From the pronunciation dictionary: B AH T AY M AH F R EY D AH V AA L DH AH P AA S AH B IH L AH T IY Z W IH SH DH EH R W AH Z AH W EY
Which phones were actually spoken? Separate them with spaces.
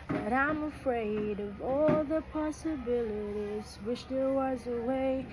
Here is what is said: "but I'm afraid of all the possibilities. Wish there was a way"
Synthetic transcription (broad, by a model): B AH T AY M AH F R EY D AH V AA L DH AH P AA S AH B IH L AH T IY Z W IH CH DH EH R W AH Z AH W EY